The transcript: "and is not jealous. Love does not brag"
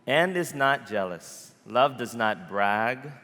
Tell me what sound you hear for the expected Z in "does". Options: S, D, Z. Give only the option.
Z